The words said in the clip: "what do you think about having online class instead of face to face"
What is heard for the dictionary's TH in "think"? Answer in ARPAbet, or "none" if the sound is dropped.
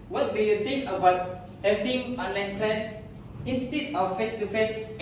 T